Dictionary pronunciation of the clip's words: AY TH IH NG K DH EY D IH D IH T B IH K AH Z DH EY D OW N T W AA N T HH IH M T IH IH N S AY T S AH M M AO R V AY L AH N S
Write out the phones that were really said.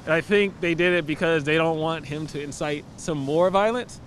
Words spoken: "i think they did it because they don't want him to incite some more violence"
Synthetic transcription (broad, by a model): AY TH IH NG K DH EY D IH D IH T B IH K AH Z DH EY D OW N T W AA N T HH IH M T IH IH N S AY T S AH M M AO R V AY L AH N S